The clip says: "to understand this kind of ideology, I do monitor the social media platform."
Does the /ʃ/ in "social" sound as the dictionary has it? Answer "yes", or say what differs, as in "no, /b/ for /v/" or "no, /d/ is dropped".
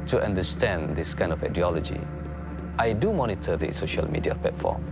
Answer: yes